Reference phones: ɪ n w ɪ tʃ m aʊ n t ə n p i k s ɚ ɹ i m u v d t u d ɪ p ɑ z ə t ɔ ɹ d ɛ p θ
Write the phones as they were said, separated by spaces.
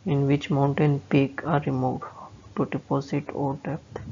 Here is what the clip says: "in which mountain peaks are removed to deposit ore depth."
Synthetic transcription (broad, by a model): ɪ n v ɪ tʃ m aʊ n t ə n p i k ɑ ɹ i m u d t u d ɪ p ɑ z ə t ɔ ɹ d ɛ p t